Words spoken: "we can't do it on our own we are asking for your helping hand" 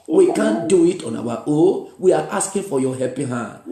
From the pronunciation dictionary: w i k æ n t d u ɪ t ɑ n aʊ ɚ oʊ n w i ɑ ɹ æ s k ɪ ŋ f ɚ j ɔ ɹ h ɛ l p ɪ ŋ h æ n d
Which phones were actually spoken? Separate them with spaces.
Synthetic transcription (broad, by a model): w i k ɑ n d u ɪ t ɑ n aʊ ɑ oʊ w i ɑ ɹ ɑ s k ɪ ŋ f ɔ j ɔ h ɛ p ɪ h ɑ n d